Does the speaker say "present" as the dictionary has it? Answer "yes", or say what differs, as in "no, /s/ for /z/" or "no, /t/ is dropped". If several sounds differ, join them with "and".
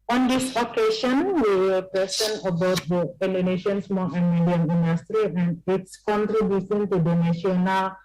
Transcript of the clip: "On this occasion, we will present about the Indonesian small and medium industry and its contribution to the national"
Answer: no, /s/ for /z/ and /t/ is dropped